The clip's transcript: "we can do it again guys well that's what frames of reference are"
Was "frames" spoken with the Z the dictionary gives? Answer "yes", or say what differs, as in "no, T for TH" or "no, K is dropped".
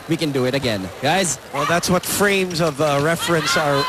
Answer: yes